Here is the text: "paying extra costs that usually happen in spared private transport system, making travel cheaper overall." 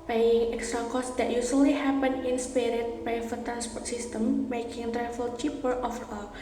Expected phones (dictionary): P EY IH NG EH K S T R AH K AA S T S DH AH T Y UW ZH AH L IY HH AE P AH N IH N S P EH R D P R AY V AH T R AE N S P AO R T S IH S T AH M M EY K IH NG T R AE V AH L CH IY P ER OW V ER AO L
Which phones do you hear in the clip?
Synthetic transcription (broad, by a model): P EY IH NG EH K S T R AH K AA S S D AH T Y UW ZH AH L IY HH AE P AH N IH N S P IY R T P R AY F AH T R AE N S P AO R T S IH S T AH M M EY K IH NG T R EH F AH L CH IY P ER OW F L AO